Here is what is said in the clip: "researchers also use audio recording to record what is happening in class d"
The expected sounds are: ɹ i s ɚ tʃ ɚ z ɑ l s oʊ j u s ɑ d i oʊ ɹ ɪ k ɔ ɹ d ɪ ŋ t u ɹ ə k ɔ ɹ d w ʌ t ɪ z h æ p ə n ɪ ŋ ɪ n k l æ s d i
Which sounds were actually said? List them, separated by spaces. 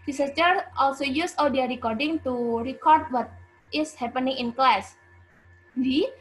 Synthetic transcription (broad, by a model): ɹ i s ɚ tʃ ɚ ɑ l s oʊ j u s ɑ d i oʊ ɹ ɪ k ɔ ɹ d ɪ ŋ t u ɹ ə k ɔ ɹ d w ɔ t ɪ s h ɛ p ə n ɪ ŋ ɪ n k l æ s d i